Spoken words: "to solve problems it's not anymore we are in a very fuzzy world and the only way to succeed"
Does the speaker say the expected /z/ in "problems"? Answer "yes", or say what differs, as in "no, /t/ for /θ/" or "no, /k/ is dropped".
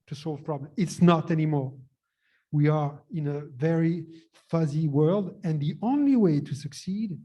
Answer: no, /z/ is dropped